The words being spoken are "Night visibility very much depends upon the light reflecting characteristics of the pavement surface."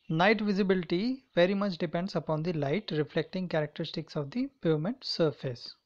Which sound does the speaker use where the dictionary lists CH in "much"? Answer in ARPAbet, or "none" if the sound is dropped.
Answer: CH